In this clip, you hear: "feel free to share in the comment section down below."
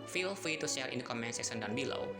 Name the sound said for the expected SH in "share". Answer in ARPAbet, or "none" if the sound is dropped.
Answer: S